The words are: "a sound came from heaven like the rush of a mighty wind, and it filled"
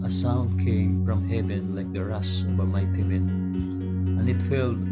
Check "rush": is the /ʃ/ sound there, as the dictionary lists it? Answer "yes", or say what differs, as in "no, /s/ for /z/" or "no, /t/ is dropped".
no, /s/ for /ʃ/